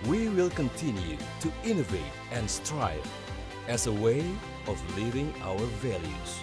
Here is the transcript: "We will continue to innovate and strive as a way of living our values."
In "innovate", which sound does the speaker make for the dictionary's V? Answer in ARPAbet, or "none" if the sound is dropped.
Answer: V